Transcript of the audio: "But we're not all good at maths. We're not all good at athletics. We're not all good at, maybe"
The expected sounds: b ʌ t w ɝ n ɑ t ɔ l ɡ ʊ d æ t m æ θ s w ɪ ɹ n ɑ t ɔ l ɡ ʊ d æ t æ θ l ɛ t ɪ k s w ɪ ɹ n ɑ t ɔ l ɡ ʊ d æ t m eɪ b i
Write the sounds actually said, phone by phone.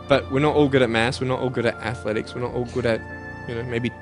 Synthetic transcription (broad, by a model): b ʌ t w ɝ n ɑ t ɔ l ɡ ʊ d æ t m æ s w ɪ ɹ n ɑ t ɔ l ɡ ʊ d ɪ t æ θ l ɛ t ɪ k s w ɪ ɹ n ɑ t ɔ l ɡ ʊ d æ t m eɪ b i